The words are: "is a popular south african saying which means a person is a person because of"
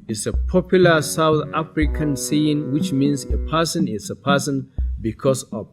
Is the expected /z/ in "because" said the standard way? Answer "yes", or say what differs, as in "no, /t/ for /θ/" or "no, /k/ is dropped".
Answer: no, /s/ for /z/